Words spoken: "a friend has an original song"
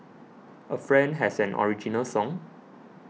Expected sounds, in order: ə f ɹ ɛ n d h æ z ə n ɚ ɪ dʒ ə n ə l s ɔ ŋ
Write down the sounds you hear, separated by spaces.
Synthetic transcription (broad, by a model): ə f ɹ ɛ n d h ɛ s ə n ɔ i dʒ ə n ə l s ɔ ŋ